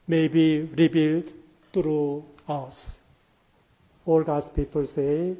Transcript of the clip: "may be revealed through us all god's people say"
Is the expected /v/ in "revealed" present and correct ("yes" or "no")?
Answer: no